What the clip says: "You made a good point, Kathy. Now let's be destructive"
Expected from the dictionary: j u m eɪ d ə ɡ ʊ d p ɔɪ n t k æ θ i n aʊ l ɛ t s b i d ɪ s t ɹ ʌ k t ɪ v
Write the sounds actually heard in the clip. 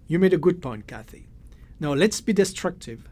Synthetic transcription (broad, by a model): j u m eɪ d ə ɡ ʊ d p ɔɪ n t k æ θ i n aʊ l ɛ t s b i d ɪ s t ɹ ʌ k t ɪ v